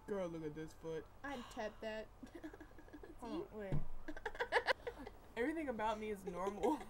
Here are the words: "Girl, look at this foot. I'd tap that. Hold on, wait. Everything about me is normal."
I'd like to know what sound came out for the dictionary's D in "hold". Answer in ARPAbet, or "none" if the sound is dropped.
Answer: none